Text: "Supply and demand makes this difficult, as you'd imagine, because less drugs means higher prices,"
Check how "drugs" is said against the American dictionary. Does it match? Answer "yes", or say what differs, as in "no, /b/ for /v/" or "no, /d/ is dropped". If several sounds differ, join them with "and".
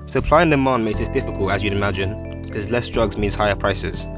yes